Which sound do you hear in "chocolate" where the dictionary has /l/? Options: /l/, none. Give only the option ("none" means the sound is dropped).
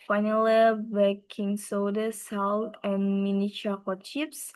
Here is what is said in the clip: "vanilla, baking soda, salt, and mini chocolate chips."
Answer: none